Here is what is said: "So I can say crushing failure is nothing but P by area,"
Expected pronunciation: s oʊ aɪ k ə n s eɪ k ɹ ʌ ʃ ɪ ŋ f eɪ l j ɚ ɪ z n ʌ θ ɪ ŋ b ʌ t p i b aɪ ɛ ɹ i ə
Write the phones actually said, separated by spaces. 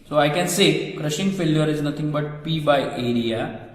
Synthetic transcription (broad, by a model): s oʊ aɪ k ə n s eɪ k ɹ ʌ ʃ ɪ ŋ f eɪ l j ɚ ɪ z n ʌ t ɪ ŋ b ʌ t p i b aɪ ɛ ɹ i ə